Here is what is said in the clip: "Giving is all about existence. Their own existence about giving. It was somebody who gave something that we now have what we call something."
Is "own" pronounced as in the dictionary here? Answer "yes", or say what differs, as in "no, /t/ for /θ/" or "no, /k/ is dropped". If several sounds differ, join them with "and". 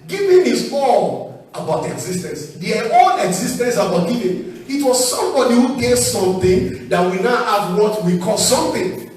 no, /l/ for /n/